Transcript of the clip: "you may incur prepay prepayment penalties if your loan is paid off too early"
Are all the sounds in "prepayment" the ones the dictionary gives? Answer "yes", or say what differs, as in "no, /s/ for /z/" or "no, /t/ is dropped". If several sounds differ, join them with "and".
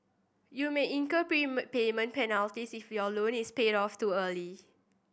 no, /ɹ/ is dropped